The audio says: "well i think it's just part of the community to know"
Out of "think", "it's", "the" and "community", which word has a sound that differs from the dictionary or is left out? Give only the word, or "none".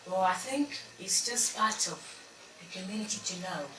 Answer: none